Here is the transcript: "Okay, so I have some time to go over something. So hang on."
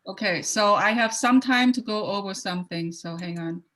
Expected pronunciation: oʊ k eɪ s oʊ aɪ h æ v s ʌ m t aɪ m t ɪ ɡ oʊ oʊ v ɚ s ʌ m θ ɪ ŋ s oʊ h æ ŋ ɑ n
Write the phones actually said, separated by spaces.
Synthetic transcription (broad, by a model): oʊ k eɪ s oʊ aɪ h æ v s ʌ m t aɪ m t ɪ ɡ oʊ oʊ v ɚ s ʌ m θ ɪ ŋ s oʊ h æ ŋ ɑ n